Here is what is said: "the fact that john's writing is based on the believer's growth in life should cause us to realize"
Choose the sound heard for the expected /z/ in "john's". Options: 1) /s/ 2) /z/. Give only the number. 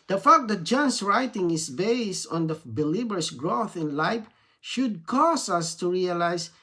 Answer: 1